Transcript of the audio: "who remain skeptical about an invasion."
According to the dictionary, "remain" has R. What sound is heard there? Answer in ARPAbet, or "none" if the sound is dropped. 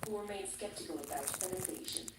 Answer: W